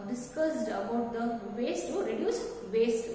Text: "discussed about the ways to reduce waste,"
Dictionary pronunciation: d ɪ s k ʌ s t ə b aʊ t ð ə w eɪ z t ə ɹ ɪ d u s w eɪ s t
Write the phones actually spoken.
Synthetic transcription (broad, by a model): d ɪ s k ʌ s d ə b aʊ t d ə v eɪ s t ə ɹ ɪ d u s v eɪ s t